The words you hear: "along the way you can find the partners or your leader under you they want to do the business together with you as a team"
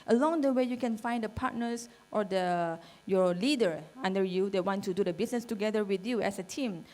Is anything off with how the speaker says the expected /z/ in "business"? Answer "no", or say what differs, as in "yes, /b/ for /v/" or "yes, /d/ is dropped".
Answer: yes, /s/ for /z/